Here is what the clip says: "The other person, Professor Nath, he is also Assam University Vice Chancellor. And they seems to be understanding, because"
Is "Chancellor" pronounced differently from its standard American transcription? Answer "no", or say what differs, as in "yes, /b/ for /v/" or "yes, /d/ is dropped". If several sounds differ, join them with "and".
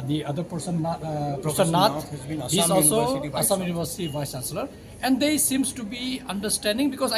yes, /n/ is dropped